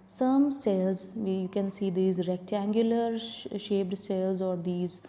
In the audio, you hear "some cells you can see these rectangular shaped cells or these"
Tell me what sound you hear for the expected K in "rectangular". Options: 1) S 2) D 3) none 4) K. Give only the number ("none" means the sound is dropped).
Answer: 4